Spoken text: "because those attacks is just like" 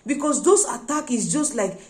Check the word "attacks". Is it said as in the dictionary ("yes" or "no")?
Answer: no